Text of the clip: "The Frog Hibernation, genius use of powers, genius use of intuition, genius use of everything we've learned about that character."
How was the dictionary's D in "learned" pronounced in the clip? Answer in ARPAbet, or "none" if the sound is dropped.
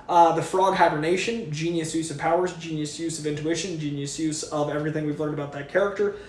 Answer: D